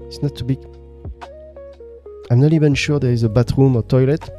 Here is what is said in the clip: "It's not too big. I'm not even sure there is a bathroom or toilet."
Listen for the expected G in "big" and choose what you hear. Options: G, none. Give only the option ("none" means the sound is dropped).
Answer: none